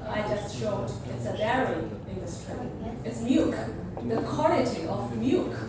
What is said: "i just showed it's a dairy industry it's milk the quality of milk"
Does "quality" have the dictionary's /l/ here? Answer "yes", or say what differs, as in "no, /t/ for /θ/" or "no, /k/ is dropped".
no, /n/ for /l/